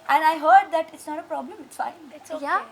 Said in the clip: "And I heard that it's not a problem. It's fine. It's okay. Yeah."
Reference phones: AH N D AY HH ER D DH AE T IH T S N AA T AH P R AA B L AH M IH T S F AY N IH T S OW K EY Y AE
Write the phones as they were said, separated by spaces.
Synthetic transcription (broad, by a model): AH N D AY HH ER D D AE T IH T S N AA T AH P R AA B L AH M IH T S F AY IH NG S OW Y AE